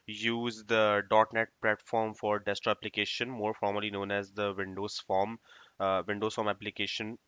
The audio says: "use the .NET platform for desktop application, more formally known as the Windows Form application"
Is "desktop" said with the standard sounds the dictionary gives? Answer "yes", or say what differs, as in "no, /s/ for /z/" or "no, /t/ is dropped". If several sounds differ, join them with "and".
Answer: no, /k/ is dropped and /p/ is dropped